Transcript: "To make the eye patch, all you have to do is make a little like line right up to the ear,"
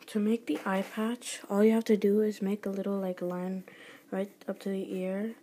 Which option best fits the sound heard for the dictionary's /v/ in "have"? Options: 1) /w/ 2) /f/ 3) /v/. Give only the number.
2